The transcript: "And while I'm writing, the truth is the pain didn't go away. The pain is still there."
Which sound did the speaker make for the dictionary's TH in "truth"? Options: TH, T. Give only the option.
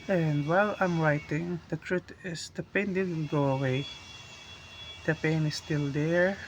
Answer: T